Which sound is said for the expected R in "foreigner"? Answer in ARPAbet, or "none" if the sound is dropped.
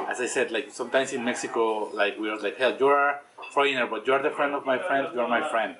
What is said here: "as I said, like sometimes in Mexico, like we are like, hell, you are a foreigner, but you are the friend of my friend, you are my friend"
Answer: none